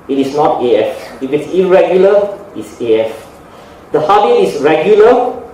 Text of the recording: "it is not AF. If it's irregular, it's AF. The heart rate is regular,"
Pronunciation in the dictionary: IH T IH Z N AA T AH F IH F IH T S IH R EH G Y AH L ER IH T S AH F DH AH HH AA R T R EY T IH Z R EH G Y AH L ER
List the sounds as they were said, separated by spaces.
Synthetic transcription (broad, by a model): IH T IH S N AA T AH F IH F IH T S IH R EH G Y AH L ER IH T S AH F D AH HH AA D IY IH S R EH G Y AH L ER